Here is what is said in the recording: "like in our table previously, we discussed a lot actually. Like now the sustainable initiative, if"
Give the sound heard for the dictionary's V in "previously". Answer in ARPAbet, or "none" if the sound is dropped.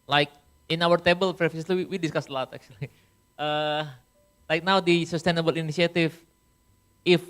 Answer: F